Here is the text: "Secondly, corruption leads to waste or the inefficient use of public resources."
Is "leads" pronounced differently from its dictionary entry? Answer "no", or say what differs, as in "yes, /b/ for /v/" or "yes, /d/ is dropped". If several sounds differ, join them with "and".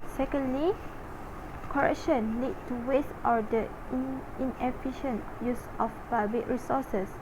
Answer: yes, /z/ is dropped